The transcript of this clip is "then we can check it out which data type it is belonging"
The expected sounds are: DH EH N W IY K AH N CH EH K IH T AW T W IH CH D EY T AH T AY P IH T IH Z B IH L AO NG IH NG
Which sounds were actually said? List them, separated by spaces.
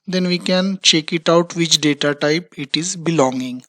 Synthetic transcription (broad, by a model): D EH N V IY K AH N CH EH K IH T AW T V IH CH D EY T AH T AY P IH T IH Z B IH L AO NG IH NG